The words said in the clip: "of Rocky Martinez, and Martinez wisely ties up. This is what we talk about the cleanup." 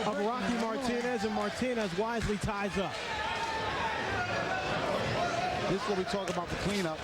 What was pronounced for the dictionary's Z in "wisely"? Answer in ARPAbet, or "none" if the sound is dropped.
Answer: Z